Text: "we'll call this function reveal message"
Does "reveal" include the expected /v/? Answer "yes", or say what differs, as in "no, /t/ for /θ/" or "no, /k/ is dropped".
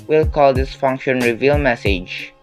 yes